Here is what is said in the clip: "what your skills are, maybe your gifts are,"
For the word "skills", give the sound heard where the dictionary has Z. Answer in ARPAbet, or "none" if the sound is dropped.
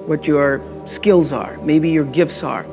Z